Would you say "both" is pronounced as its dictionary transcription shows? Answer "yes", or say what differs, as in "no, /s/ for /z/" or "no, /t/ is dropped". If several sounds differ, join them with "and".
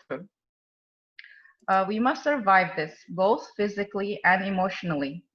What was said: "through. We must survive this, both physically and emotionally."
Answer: yes